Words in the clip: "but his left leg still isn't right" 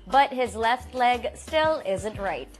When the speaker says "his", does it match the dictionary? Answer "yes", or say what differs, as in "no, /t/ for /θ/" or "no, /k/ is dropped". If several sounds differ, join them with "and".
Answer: yes